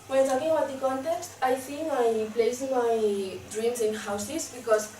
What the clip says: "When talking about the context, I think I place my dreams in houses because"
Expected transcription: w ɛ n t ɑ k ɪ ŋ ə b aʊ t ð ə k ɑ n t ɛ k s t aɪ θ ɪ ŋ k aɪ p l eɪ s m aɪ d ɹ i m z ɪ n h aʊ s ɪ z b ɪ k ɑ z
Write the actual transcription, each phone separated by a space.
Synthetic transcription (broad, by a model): w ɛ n t ɑ k ɪ ŋ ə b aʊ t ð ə k ɑ n t ɛ k s t aɪ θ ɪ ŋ aɪ p l eɪ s m aɪ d ɹ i m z ɪ n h aʊ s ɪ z b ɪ k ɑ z